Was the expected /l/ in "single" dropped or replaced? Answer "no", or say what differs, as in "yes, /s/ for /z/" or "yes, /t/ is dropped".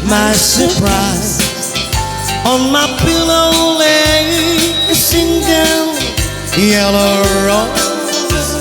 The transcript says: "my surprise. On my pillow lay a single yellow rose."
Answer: yes, /n/ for /l/